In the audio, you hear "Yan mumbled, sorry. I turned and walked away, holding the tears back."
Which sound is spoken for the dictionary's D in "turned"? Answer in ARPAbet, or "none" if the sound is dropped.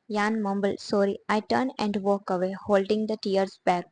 none